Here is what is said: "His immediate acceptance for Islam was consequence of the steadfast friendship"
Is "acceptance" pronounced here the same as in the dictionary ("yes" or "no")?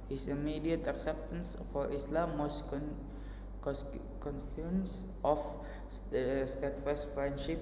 yes